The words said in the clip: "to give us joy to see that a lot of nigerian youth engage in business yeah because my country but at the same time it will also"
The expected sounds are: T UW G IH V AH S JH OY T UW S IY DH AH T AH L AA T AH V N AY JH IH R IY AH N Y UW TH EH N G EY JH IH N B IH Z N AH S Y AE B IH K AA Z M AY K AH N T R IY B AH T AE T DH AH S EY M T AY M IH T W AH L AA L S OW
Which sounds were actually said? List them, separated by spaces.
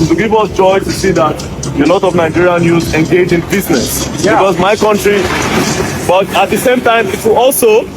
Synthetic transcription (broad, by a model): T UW G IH V AH S JH OY T UW S IY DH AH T AH N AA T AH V N AY JH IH R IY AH N Y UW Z EH N G EY JH IH N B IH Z N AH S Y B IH K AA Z M AY K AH N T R IY B AH T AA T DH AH S EY M T AY M IH T W AH L AA L S OW